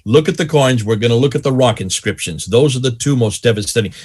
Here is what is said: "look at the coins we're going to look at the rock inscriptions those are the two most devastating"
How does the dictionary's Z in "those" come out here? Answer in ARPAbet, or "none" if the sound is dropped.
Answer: Z